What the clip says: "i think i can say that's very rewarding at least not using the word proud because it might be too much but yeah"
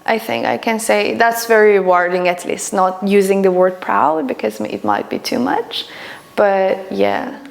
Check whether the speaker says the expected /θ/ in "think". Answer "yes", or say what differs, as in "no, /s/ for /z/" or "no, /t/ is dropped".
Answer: yes